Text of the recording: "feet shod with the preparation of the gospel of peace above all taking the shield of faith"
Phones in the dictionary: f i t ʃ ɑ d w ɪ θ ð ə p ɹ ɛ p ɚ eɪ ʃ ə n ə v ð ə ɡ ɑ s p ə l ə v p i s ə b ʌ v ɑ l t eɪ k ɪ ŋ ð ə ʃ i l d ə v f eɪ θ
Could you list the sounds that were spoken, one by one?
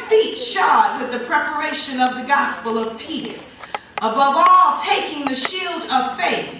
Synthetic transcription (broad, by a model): f i t ʃ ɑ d w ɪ ð ə p ɹ ɛ p ɚ eɪ ʃ ə n ə v ð ə ɡ ɑ s p l ə v p i s ə b ʌ v ɑ l t eɪ k ɪ ŋ ð ə ʃ i l d ə v f eɪ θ